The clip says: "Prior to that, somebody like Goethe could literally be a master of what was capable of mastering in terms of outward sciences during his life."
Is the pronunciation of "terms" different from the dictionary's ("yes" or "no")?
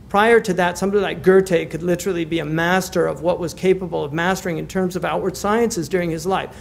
no